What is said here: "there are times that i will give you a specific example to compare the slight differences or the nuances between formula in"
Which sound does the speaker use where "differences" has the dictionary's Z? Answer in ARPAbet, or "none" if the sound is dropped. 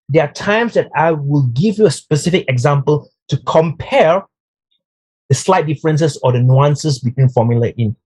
S